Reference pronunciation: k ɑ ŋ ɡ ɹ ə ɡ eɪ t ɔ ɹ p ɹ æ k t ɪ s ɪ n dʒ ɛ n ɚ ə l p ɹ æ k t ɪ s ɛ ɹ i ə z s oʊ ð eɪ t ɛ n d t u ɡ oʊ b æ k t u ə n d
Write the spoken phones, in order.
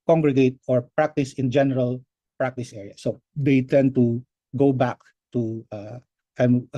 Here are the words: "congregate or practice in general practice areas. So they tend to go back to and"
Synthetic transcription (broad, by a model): k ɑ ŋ ɡ ɹ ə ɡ eɪ t ɔ ɹ p ɹ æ k t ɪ s ɪ n dʒ ɛ n ɚ ə l p ɹ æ k t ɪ s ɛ ɹ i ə s oʊ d eɪ t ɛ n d t u ɡ oʊ b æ k t u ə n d